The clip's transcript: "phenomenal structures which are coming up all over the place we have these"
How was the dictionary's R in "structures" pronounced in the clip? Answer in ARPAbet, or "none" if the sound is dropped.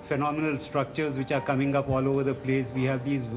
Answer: R